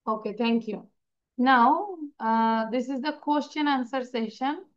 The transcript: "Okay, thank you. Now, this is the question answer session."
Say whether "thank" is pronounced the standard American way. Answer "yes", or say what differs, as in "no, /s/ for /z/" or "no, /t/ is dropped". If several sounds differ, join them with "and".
no, /t/ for /θ/